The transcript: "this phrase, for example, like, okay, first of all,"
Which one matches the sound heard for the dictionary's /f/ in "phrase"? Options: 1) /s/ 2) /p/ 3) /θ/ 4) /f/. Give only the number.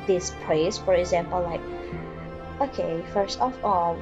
2